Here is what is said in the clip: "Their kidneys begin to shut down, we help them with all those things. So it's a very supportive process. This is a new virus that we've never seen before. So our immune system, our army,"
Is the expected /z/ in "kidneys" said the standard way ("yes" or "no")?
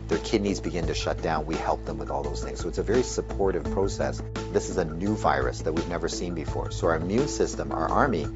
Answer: yes